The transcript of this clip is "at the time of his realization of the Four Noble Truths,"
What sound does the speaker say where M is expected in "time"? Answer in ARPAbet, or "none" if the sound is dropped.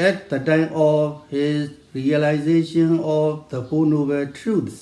M